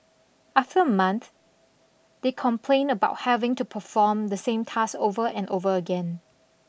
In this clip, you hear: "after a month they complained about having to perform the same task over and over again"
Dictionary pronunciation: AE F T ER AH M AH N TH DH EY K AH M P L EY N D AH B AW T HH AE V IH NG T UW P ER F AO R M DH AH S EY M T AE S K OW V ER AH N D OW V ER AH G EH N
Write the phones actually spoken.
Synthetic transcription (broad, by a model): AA F T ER AH M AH N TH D EY K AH M P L EY N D AH B AW T HH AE V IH NG T UW P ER F AO M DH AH S EY M T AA S OW V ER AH N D OW V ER AH G EH N